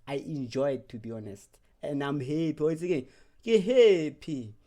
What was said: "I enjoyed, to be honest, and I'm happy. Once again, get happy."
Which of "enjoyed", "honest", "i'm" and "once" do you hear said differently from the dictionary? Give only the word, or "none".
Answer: once